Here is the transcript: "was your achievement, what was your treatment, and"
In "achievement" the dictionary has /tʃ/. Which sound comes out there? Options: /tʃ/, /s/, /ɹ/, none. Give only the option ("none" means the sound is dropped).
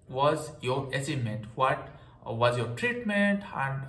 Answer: /s/